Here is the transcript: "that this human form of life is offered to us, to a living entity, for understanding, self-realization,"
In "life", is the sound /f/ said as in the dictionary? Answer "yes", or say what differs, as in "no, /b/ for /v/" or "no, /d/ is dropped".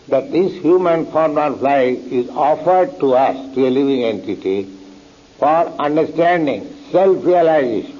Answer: no, /f/ is dropped